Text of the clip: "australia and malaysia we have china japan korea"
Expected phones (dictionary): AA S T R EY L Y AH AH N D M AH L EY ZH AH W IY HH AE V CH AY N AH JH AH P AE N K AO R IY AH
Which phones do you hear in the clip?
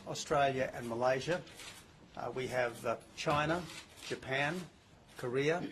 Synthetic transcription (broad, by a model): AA S T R EY L Y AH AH N M AH L EY ZH AH W IY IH V CH AY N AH JH AH P AE N K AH R IY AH